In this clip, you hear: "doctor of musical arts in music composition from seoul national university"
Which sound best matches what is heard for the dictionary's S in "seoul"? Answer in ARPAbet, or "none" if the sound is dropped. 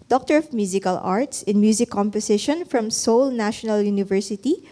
S